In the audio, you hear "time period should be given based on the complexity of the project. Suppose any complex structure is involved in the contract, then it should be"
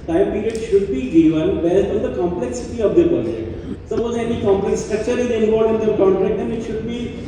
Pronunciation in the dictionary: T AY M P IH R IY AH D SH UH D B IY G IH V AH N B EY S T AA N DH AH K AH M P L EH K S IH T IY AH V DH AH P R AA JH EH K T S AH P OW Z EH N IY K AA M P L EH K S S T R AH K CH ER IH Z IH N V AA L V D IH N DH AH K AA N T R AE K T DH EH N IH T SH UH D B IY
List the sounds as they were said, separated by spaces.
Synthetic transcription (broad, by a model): T AY M P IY R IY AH D SH UH D B IY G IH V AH N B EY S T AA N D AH K AH M P L EH K S IH T IY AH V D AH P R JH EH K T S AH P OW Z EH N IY K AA M P L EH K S S T R AH K CH ER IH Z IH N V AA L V IH N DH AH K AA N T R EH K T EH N IH T SH UH D B IY